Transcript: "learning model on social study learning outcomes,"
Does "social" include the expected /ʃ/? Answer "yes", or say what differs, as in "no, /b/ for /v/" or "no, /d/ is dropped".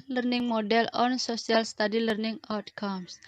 no, /s/ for /ʃ/